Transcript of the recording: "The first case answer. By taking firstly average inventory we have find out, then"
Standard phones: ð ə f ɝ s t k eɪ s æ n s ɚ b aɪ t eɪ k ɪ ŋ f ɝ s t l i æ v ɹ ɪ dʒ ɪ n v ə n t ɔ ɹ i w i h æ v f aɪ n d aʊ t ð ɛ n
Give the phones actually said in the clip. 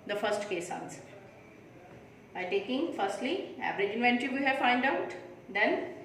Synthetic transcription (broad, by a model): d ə f ɝ s t k eɪ s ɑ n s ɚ b aɪ t eɪ k ɪ ŋ f ɝ s t l i æ v ɹ ɪ dʒ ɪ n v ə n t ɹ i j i h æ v f aɪ n d aʊ t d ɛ n